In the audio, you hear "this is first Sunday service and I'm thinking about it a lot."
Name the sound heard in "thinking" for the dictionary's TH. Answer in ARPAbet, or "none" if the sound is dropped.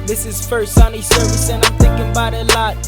TH